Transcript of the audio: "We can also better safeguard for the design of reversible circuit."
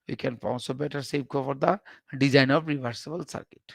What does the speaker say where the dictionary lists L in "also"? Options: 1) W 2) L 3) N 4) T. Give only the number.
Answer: 3